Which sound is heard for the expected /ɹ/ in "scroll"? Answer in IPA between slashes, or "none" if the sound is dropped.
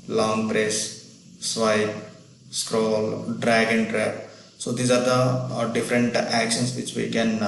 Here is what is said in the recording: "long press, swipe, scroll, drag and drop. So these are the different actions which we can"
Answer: /ɹ/